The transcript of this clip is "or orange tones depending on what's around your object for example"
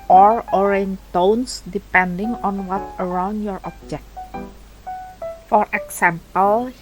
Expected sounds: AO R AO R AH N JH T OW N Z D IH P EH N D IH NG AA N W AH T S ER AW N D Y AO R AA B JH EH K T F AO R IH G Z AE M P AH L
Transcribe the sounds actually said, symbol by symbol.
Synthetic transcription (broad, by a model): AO R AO R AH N T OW N S D IH P EH N D IH NG AA N W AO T ER AW N D Y AO R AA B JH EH K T F AO R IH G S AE M P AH L